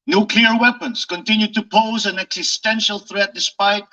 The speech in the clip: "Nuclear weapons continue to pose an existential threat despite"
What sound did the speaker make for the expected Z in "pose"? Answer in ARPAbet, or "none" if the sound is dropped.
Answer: Z